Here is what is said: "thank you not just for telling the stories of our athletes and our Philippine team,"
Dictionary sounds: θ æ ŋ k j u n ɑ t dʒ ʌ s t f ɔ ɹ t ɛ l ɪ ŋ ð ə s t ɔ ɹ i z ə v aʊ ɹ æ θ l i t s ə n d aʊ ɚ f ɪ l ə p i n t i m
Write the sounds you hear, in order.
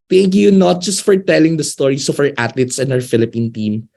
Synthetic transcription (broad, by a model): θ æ ŋ k j u n ɑ t dʒ ʌ s t f ɔ ɹ t ɛ l ɪ ŋ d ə s t ɔ ɹ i s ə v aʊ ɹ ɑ t l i t s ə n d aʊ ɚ f ɪ l ə p i n t i m